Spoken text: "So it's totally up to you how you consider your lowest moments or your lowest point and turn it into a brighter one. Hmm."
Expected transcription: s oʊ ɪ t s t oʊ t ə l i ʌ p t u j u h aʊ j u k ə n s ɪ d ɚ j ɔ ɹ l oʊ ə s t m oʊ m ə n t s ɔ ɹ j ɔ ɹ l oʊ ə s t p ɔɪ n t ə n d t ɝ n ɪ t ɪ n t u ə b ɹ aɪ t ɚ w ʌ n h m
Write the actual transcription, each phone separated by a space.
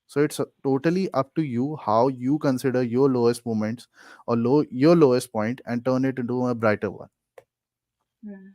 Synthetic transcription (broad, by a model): s oʊ ɪ t s t oʊ t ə l i ʌ p t u j u h aʊ j u k ə n s ɪ d ɚ j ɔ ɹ l oʊ ə s t m oʊ m ə n t s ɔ l j ɔ ɹ l oʊ ə s t p ɔɪ n t ə n d t ɝ n ɪ t ɪ n t u ə b ɹ aɪ t ɚ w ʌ n